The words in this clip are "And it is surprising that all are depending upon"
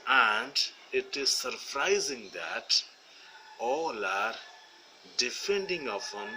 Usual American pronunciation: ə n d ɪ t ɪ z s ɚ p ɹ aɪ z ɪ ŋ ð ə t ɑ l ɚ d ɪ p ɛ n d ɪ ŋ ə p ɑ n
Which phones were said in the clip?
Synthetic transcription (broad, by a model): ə n d ɪ t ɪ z s ɚ p ɹ aɪ z ɪ ŋ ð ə t ɑ l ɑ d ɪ f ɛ n d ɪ ŋ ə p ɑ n